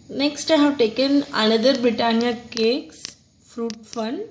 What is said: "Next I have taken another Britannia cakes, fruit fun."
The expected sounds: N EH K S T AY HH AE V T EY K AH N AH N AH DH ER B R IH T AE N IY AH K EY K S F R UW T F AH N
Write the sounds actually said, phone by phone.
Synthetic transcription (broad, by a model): N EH K S T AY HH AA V T EY K AH N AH N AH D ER B R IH T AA N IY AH K EY K S F R UW T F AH N